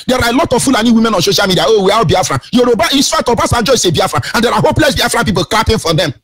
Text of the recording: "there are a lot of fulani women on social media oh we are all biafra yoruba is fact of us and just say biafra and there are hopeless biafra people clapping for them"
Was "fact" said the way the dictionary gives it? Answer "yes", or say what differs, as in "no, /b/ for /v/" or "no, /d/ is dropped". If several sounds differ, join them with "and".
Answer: no, /k/ is dropped